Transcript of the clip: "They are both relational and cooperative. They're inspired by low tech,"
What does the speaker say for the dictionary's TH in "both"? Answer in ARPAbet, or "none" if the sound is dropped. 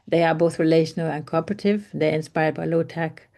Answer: TH